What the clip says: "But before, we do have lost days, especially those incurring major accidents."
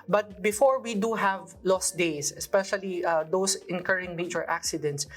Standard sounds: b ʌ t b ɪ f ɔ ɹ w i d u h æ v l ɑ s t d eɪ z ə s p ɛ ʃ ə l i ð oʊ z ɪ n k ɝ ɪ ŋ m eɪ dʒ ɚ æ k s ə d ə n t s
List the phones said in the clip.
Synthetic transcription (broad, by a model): b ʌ t b ɪ f ɔ ɹ w i d u h æ v l ɑ s t d eɪ s ə s p ɛ ʃ ə l i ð oʊ s ɪ n k ɝ ɪ ŋ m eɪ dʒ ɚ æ k s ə d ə n t s